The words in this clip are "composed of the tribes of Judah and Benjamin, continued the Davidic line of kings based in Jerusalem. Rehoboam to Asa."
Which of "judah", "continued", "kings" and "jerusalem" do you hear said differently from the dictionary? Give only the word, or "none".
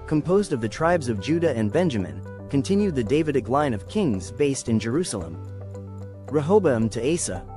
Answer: none